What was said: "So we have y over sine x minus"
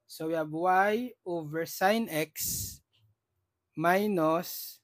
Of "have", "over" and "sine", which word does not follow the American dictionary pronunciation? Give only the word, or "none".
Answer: have